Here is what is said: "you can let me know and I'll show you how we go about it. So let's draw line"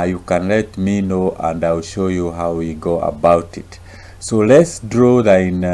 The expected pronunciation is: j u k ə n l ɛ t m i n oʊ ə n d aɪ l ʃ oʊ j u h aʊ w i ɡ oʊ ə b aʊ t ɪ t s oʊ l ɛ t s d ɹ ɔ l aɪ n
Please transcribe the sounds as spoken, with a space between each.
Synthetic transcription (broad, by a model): j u k ə n l ɛ t m i n oʊ ə n d aɪ l ʃ oʊ j u h aʊ w i ɡ oʊ ə b aʊ t ɪ t s oʊ l ɛ t s d ɹ ɔ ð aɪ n